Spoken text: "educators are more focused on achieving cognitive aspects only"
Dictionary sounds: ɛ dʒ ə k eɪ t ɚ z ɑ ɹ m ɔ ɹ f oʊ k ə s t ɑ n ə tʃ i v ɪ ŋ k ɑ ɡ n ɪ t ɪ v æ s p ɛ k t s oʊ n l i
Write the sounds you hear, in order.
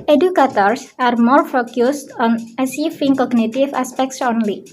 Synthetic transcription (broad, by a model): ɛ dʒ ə k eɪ t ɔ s ɑ ɹ m ɔ ɹ f oʊ k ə s t ɑ n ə s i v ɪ ŋ k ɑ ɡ n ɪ t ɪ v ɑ s p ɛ k t s oʊ n l i